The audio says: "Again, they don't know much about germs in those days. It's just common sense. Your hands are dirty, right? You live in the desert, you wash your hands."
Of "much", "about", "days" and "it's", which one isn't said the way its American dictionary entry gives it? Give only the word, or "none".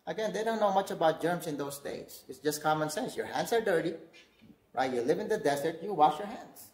days